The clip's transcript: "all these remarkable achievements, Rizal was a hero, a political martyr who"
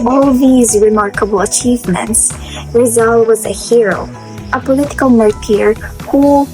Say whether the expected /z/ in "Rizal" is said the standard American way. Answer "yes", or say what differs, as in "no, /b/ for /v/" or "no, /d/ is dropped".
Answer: yes